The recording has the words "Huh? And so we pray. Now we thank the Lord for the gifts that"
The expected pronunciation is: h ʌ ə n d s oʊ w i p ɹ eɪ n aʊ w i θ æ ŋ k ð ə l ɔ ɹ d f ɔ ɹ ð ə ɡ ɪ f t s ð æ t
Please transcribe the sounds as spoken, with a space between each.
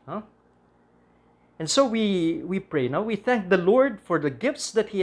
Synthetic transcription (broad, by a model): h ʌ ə n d s oʊ w i p ɹ eɪ n aʊ w i θ æ ŋ k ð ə l ɔ ɹ d f ɔ ɹ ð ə ɡ ɪ f t s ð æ t